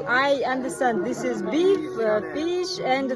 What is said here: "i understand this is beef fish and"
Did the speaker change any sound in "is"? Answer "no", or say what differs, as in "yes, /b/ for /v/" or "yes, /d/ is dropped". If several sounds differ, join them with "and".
no